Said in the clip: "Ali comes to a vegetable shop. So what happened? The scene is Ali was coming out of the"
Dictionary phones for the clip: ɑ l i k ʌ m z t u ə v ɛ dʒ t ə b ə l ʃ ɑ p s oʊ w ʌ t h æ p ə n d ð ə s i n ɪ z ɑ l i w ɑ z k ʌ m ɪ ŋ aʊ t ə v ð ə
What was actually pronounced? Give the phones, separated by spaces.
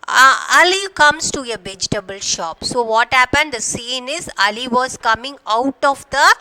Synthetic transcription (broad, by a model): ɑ l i k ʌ m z t u ə v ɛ dʒ t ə b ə l ʃ ɑ p s oʊ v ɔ t h æ p ə n d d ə s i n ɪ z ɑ l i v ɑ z k ʌ m ɪ ŋ aʊ t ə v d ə